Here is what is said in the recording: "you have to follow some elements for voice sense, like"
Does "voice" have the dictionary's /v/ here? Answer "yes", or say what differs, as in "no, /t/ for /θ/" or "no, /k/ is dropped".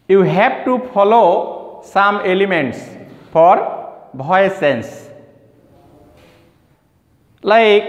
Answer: no, /b/ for /v/